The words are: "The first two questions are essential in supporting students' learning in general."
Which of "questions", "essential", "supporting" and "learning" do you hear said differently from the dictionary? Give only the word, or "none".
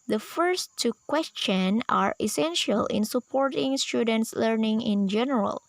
questions